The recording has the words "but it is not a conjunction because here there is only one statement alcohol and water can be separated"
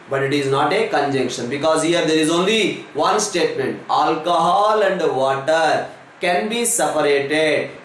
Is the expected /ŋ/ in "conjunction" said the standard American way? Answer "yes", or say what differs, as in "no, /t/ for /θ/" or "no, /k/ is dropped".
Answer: yes